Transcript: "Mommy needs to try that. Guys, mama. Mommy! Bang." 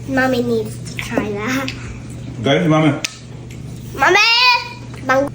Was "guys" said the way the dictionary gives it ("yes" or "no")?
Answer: no